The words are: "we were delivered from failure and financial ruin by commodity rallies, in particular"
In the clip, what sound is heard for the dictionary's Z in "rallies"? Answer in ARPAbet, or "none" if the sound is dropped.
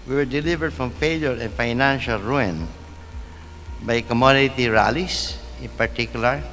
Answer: S